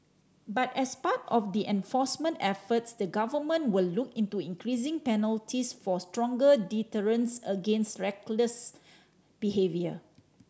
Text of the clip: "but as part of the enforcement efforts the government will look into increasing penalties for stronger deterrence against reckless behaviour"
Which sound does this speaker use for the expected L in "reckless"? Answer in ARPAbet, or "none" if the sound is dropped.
L